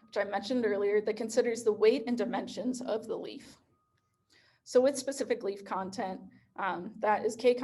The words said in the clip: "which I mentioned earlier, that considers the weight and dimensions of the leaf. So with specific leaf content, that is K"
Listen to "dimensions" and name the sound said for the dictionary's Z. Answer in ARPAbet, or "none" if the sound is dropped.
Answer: Z